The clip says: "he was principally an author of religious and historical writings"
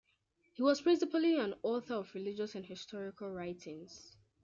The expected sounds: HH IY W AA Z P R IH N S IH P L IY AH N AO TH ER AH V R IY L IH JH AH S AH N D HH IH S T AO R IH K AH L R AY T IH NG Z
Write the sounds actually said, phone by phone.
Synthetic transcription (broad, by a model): HH IY W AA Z P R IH N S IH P L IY AH N AO TH ER AH V R IY L IH JH AH S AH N HH IH S T AO R IH K AH L R AY T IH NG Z